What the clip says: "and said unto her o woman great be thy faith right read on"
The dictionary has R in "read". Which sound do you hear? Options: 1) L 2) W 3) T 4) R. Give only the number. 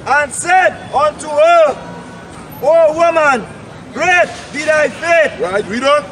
2